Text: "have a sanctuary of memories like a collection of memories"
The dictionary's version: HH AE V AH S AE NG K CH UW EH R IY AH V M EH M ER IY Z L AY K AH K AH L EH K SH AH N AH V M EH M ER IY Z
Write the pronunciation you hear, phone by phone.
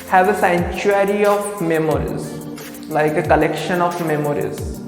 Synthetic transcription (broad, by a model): HH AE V AH S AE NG CH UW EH R IY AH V M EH M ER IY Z L AY K AH K AH L EH K SH AH N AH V M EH M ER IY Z